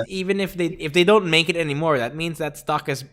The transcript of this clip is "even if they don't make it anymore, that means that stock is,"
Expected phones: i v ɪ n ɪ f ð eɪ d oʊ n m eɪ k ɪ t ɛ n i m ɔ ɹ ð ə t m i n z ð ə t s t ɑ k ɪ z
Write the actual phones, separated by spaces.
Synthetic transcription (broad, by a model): i v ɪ n ɪ f ð eɪ d oʊ n m eɪ k ɪ t ɛ n i m ɔ ɹ ð ə t m i n z ð ə t s t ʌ k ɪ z